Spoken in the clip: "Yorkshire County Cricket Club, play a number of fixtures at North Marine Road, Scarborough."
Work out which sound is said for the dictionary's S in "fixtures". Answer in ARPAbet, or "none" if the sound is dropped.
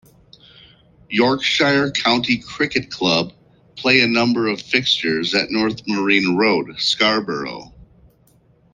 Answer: S